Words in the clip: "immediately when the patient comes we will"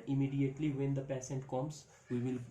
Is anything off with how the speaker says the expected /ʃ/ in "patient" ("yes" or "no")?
yes